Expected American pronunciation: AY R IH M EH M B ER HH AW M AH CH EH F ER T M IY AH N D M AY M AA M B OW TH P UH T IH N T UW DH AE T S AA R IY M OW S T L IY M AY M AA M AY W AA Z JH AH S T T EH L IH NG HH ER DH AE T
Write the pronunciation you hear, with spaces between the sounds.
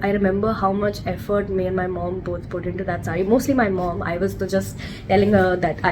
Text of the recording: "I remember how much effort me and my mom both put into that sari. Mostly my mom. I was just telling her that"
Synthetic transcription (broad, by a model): AY R IH M EH M B ER HH AW M AH CH EH F ER T M IY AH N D M AY M AA M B OW T P UH T IH N T UW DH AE T S AA R IY M OW S T L IY M AY M AA M AY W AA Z JH AH S T T EH L IH NG HH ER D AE T